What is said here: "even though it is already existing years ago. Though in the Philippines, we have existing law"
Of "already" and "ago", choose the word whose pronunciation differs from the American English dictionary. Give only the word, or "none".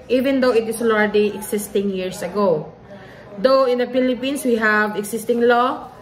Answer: already